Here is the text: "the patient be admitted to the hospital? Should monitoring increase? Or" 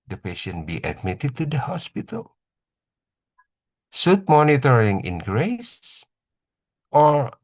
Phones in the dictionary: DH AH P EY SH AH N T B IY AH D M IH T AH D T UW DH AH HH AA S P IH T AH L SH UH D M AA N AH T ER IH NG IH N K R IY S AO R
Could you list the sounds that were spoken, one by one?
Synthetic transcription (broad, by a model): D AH P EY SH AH N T B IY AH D M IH T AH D T UW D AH HH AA S P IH T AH L S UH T M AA N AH T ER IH NG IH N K R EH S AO R